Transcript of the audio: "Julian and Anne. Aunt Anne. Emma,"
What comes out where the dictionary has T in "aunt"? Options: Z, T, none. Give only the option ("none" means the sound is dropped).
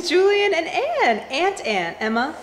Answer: T